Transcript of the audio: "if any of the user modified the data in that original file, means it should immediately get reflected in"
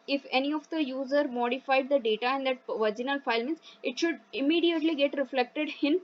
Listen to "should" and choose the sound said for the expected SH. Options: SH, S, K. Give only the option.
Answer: SH